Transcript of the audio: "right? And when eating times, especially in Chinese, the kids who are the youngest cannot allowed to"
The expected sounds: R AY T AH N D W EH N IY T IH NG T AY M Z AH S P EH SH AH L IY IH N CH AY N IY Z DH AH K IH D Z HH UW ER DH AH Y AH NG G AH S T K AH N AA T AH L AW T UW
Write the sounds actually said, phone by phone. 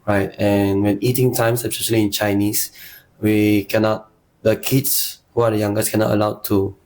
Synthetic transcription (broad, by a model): R AY T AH N W EH N IY T IH NG T AY M S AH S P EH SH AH L IY IH N CH AY N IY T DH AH K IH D S HH UW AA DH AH Y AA NG G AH S K AH N AA T AH L AW T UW